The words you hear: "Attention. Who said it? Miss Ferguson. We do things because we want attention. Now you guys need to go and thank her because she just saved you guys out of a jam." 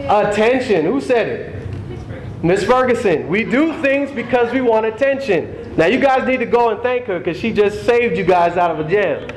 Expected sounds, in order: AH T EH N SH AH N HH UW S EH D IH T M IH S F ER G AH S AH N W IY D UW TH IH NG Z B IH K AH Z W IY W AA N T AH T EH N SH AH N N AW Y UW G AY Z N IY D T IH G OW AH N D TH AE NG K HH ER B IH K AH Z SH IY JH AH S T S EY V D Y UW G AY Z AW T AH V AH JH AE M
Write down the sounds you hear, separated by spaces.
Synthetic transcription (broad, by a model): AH T EH N SH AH N HH UW S EH D IH T M IH S F ER G AH S AH N W IY D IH TH IH NG Z B IH K AH Z W IY W AA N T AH T EH N SH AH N N AW Y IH G AY Z N IY D T IH G OW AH N TH AE NG K HH ER K AH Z SH IY JH AH S T S EY V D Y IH G AY Z AW T AH V AH JH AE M